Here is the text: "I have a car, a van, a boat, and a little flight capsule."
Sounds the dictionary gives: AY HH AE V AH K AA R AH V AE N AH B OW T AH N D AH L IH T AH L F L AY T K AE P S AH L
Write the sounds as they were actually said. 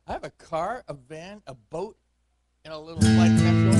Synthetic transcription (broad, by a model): AY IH V AH K AA R AH V AE N AH B OW T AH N AH L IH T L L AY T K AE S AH